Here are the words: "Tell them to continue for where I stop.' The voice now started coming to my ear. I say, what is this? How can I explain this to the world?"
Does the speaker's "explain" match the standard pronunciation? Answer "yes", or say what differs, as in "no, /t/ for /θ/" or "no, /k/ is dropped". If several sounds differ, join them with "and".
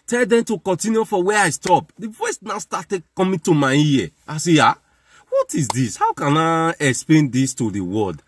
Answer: yes